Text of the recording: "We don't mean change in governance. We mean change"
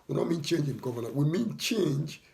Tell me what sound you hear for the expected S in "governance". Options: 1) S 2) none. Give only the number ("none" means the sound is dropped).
2